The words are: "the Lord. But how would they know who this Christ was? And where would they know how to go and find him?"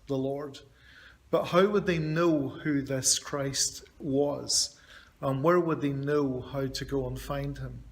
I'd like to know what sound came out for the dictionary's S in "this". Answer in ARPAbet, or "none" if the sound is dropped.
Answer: S